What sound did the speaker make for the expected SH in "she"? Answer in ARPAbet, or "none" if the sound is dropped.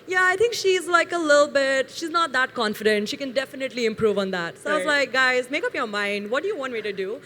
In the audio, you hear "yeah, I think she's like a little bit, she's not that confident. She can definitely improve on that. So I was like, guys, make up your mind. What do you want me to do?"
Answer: SH